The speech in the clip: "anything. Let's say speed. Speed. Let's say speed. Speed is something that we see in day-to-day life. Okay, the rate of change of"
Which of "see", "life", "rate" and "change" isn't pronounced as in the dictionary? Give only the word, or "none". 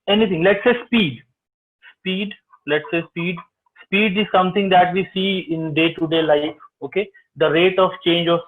none